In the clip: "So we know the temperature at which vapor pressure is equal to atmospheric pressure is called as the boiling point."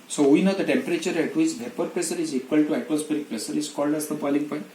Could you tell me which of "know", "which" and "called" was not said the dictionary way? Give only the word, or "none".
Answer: which